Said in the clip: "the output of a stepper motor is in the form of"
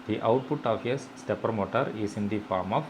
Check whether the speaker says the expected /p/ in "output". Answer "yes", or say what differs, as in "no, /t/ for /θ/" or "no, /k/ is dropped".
yes